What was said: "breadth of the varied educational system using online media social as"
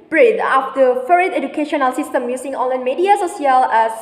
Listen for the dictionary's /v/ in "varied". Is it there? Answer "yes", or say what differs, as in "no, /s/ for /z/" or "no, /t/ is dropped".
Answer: no, /f/ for /v/